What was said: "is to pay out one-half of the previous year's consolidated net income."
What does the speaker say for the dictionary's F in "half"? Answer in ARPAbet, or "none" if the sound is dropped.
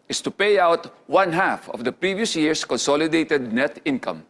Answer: F